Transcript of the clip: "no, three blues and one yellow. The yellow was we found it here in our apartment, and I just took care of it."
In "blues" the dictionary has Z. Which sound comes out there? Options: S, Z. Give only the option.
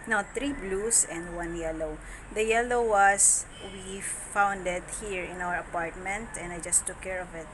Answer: S